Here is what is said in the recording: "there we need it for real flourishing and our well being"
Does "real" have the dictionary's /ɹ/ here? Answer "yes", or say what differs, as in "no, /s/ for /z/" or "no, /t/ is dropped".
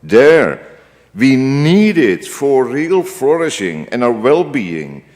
yes